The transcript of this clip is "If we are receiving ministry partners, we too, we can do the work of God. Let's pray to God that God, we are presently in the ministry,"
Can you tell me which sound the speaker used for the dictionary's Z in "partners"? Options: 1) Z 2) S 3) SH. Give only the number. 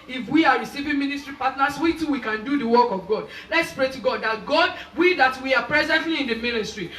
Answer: 2